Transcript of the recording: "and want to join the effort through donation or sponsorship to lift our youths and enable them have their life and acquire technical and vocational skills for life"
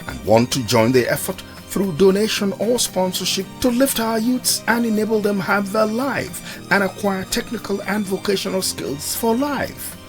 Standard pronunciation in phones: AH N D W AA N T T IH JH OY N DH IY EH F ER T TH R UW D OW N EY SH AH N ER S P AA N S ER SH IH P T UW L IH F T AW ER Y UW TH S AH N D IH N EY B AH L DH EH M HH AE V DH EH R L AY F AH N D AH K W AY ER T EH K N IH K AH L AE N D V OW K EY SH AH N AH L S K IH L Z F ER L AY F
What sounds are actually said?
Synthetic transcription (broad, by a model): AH N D W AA N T T IH JH OY N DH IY EH F ER T TH R UW D OW N EY SH AH N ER S P AA N S ER SH IH P T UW L IH F T AW ER Y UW T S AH N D IH N EY B AH L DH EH M HH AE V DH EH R L AY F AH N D AH K W AY ER T EH K N IH K AH L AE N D V OW K EY SH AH N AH L S K IH L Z F ER L AY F